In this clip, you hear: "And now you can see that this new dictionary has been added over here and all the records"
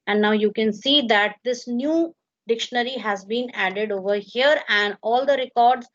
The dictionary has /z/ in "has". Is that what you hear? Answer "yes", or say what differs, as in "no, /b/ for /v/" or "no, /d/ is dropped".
yes